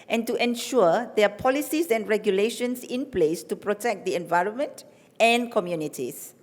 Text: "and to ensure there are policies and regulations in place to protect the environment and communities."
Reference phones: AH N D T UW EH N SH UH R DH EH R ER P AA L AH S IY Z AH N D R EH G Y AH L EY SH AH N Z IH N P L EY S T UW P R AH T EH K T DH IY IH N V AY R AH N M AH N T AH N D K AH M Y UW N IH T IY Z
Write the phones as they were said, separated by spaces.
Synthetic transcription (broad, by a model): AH N T UW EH N SH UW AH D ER P AA L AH S IY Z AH N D R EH G Y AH L EY SH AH N S IH N P L EY S T UW P R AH T EH K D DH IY IH N V AY R AH N M AH N T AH N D K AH M Y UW N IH T IY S